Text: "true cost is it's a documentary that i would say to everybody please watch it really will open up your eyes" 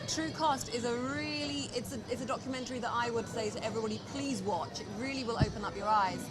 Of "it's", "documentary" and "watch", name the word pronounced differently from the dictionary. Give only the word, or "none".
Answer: none